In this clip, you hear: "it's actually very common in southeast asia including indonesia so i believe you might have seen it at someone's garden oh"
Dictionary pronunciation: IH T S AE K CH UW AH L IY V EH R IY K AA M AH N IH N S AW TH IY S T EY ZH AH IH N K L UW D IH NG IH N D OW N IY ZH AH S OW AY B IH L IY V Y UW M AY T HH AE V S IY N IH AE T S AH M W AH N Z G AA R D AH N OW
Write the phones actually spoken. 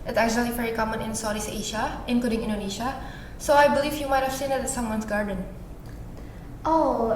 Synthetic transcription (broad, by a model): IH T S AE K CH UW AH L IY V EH R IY K AA M AH N IH N S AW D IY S EY SH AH IH N K L UW D IH NG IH N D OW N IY SH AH S OW AY B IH L IY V Y UW M AY T HH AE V S IY N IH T S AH M W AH N S G AA R D AH N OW